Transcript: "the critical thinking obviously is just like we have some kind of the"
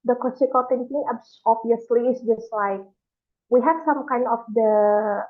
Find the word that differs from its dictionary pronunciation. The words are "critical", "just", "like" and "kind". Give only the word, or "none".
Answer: critical